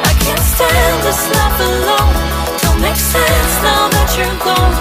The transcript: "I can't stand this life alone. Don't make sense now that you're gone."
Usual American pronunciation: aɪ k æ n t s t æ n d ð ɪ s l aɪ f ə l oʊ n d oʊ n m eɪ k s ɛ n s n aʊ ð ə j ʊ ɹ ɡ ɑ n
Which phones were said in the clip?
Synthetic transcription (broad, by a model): aɪ k æ n t s t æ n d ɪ s l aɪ p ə l oʊ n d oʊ l m eɪ k s ɛ n s n aʊ ð ə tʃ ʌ ɹ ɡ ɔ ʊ